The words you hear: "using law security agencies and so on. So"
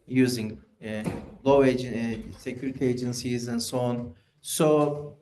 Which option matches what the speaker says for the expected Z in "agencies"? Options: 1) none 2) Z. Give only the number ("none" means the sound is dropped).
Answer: 2